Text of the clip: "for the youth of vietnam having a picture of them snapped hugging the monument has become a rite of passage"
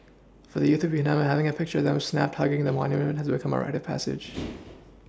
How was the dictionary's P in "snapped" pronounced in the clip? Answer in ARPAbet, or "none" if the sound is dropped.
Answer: P